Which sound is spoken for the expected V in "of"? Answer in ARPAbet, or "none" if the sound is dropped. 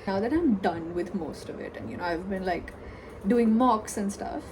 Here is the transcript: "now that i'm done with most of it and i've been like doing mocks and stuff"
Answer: V